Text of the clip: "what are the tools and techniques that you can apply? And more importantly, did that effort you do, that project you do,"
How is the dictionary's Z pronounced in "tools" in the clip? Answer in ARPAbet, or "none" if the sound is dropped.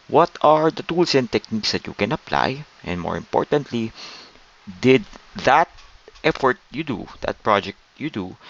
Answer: S